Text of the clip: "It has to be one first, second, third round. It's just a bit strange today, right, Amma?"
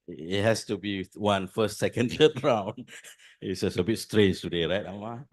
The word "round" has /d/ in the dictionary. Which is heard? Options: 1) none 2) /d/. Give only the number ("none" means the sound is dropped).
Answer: 1